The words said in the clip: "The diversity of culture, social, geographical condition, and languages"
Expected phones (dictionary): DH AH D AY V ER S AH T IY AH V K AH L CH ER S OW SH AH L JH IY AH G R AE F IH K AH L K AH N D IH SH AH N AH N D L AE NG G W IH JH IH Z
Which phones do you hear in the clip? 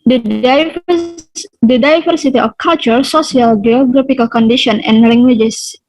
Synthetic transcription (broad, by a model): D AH D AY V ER S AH T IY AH F K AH L CH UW S OW S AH L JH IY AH G R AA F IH K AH L K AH N D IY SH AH N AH N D L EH NG G W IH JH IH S